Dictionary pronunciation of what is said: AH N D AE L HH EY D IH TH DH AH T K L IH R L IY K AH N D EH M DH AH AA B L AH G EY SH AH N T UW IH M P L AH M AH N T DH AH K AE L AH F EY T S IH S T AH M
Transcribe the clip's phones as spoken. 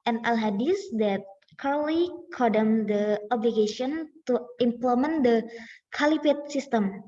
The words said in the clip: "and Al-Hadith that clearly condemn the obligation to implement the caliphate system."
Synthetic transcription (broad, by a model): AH N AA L HH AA D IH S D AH T K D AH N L IY K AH D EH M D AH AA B L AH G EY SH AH N T UW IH M P L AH M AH N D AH K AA L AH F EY T S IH S T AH M